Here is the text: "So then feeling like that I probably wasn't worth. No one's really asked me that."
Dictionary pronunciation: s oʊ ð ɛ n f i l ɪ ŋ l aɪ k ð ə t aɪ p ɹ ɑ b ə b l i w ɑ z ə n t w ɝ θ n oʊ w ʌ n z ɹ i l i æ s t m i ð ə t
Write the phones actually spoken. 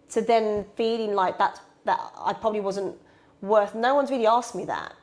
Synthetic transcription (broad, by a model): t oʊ ð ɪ n f i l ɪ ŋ l aɪ k ð ə t aɪ p ɹ ɑ b ə b l i w ɑ z ə n t w ɝ θ n oʊ w ʌ n z ɹ i l i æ s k m i ð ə t